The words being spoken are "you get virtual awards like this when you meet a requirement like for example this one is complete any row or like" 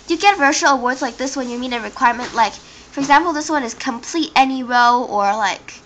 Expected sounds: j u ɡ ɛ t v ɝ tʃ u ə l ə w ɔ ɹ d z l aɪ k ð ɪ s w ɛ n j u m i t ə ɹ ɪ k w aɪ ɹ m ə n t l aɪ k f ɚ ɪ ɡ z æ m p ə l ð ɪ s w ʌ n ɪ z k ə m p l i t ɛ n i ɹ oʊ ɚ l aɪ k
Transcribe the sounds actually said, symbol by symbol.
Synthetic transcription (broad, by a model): j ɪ ɡ ɛ t v ɝ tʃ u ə l ə w ɔ ɹ d z l aɪ k ð ɪ s w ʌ n j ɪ m i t ə ɹ ɪ k w aɪ ɹ m ə n t l aɪ k f ɚ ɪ ɡ z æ m p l ð ɪ s w ʌ n ɪ z k ə m p l i t ɛ n i ɹ oʊ ɚ l aɪ k